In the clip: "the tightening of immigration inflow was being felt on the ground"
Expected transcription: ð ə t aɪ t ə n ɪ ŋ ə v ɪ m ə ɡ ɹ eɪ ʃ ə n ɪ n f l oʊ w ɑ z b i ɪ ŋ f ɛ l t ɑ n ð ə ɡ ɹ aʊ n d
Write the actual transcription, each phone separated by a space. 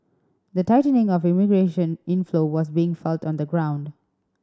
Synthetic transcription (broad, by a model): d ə t aɪ t ə n ɪ ŋ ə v ɪ m ə ɡ ɹ eɪ ʃ ə n ɪ n f l oʊ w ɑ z b i ɪ ŋ f ɛ l t ɑ n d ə ɡ ɹ aʊ n d